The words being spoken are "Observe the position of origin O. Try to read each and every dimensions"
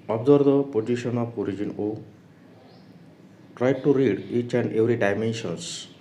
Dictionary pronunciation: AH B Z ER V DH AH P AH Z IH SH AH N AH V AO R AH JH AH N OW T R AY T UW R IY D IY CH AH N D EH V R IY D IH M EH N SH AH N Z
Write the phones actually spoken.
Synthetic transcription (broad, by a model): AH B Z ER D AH P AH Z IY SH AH N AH P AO R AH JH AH N OW T R AY T UW R IY D IY CH AH N D EH W R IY D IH M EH N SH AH N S